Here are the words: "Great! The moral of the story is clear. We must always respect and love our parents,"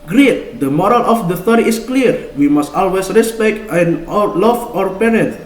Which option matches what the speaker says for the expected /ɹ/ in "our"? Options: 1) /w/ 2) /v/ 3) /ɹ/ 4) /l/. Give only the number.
3